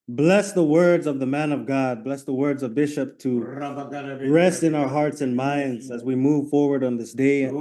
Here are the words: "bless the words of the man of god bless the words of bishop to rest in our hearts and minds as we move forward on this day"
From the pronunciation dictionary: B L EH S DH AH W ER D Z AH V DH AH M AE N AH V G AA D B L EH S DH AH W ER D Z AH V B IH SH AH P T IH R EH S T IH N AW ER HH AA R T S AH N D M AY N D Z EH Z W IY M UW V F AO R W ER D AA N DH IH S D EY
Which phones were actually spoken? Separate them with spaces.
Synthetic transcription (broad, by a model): B L EH S DH AH W ER D Z AH V DH AH M AE N AH V G AA D B L EH S DH AH W ER D Z AH V B IH SH AH P T IH R EH S T IH N AW ER HH AA R T S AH N M AY N D Z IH Z W IY M UW V F AO R W ER D N DH IH S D EY